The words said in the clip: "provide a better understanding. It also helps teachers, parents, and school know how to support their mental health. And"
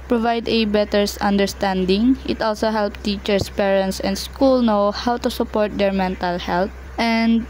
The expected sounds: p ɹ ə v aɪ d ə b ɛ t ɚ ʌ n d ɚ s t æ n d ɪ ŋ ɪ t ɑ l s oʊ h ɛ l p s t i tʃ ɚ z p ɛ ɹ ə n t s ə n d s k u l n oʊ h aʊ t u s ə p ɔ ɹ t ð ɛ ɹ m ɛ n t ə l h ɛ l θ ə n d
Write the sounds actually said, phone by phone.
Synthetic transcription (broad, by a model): p ɹ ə v aɪ d ə b ɛ t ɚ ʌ n d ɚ s t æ n d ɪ ŋ ɪ t ɑ l s oʊ h ɛ l p t i tʃ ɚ s p ɛ ɹ ə n t s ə n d s k u l n oʊ h aʊ t u s ə p ɔ ɹ t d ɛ ɹ m ɛ n t ə l h ɛ l t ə n d